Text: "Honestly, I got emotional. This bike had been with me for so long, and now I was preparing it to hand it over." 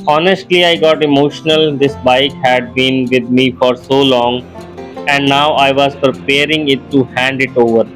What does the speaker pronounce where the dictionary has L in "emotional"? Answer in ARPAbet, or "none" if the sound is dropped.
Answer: L